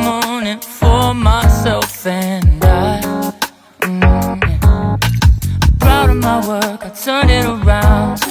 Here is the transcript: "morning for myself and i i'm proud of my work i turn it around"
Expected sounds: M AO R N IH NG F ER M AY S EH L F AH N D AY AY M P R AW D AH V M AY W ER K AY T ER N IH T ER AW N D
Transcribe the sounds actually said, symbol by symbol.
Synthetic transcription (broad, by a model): M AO N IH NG F ER M AY S EH L F AH N D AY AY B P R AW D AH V M AY W ER K AY T ER N IH T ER AW N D